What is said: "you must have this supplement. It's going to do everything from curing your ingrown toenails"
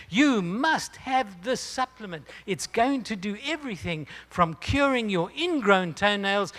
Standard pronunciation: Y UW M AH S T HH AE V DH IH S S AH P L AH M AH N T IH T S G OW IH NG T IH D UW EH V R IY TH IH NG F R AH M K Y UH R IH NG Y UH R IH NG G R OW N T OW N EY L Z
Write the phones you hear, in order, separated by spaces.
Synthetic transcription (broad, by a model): Y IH M AH S T HH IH V DH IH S S AH P L AH M AH N T IH T S G OW IH NG T IH D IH EH V R IY TH IH NG F R AH M K Y UH R IH NG Y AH R IH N G R OW N T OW N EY L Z